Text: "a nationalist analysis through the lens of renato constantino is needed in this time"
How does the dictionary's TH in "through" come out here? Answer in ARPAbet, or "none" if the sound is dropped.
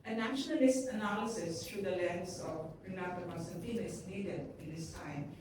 T